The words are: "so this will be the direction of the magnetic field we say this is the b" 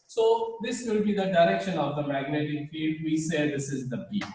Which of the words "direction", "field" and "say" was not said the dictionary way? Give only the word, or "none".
field